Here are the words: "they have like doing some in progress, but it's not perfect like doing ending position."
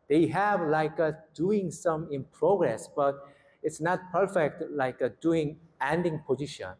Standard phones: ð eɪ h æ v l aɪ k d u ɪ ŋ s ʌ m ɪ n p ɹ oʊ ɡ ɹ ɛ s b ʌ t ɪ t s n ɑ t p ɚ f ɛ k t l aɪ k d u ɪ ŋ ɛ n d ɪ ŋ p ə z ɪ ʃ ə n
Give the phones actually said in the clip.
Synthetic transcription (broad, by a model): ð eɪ h æ v l aɪ k d u ɪ ŋ s ʌ m ɪ n p ɹ oʊ ɡ ɹ ɛ s b ʌ t ɪ t s n ɑ t p ɚ f ɛ k t l aɪ k d u ɪ ŋ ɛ n d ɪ ŋ p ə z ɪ ʃ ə n